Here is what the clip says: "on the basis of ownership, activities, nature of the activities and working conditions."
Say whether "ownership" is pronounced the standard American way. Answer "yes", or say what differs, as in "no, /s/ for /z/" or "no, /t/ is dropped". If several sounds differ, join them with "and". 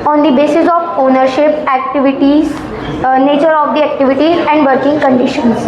yes